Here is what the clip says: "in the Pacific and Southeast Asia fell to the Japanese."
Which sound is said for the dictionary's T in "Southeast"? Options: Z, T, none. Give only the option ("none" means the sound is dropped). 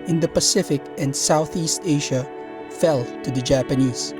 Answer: T